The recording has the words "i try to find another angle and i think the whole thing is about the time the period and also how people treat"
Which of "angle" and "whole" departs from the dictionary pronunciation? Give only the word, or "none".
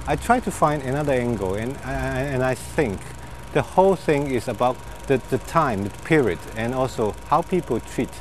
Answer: angle